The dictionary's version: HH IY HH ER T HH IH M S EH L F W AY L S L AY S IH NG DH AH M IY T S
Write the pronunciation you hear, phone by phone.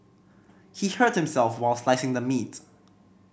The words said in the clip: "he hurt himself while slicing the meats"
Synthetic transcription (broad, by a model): HH IY HH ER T HH IH M S EH L F W AY L S L AY S IH NG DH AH M IY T